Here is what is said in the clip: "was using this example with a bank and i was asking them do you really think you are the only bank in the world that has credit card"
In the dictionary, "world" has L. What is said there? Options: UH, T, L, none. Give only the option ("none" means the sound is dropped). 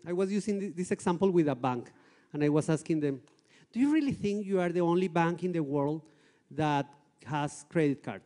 L